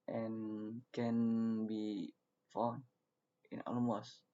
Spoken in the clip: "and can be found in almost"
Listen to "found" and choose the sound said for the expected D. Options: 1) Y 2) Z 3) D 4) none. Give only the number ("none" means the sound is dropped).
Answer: 4